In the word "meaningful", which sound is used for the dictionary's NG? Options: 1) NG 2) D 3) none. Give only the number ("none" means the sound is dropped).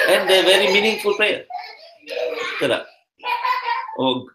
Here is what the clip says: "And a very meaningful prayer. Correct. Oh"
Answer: 1